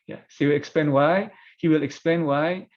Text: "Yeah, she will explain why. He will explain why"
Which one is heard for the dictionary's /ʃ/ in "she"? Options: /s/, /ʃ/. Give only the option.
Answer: /s/